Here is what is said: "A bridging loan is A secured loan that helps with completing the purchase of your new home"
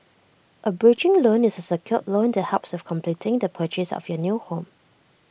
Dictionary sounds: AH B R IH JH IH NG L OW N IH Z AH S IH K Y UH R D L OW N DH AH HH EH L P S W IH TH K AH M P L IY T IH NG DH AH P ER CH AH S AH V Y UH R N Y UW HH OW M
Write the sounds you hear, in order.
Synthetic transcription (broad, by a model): AH B R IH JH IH NG L OW N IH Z AH S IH K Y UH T L OW N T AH HH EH P S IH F K AH M P L IY T IH NG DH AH P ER CH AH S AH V Y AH N Y UW HH OW M